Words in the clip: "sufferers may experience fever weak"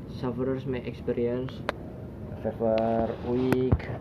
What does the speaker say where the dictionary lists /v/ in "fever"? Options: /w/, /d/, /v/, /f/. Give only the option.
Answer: /f/